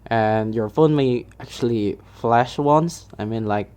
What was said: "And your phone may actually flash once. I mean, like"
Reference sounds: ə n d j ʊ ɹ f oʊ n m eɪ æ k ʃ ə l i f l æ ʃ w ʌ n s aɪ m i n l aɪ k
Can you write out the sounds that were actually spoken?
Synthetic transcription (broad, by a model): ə n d j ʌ ɹ f oʊ n m eɪ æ k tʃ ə l i f l æ ʃ w ʌ n s aɪ m i n l aɪ k